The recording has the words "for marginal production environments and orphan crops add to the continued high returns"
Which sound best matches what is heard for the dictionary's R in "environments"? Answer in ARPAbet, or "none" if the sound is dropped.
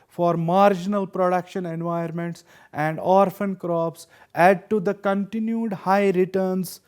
none